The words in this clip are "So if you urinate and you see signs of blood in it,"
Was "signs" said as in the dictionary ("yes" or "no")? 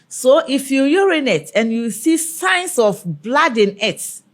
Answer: no